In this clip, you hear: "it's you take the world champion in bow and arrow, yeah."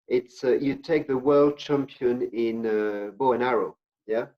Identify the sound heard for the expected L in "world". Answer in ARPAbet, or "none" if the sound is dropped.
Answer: L